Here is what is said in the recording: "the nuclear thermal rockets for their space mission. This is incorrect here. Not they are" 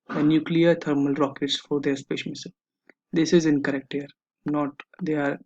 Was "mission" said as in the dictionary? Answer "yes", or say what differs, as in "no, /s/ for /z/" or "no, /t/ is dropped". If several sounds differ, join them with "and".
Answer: no, /s/ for /ʃ/